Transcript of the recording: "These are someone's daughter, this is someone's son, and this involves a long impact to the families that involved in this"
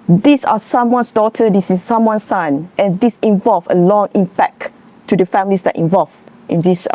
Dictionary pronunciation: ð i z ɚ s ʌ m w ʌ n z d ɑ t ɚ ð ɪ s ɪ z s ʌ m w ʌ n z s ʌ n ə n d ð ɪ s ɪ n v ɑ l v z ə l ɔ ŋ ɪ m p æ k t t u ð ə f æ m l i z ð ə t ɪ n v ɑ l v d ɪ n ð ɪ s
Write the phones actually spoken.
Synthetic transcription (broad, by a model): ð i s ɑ s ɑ m w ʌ n s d ɑ t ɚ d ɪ s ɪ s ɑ m w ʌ n s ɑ n ə n d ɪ s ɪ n v ɑ l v ə l ɔ ŋ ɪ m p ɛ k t t u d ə f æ m l i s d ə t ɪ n v ɑ l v ɪ n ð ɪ s